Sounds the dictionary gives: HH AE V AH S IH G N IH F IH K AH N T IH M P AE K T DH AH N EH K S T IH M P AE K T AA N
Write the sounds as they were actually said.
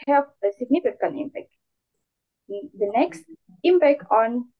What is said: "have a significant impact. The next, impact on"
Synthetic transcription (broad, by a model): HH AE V AH S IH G N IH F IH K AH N IH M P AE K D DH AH N EH K S T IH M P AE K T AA N